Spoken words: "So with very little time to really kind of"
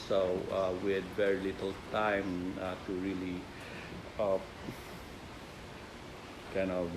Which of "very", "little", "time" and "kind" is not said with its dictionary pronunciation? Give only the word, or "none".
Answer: kind